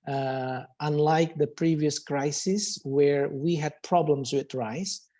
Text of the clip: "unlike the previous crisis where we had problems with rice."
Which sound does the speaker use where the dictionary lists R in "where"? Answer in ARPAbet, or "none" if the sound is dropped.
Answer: R